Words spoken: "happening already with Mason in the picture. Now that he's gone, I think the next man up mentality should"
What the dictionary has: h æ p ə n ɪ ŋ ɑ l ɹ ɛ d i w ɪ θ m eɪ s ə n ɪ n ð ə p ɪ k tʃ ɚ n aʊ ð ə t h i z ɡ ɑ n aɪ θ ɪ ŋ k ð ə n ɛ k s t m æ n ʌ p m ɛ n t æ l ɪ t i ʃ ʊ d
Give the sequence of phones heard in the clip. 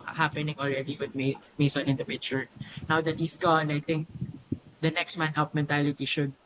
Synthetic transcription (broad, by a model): h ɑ p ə n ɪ ŋ ɑ l ɹ ɛ d i w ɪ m m eɪ s ə n ɪ n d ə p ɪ tʃ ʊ n aʊ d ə t h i s ɡ ɑ n aɪ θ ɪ ŋ k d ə n ɛ k s t m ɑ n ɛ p m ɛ n t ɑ l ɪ t i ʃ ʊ d